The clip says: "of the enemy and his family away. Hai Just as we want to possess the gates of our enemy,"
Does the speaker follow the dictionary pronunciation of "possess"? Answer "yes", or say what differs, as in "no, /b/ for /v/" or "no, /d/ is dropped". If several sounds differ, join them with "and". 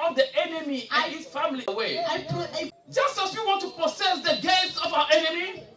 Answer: no, /s/ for /z/